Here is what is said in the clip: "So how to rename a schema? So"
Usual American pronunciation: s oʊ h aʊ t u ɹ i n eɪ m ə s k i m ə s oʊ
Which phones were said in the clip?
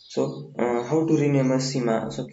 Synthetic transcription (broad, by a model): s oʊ h aʊ t u ɹ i n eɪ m ə s i m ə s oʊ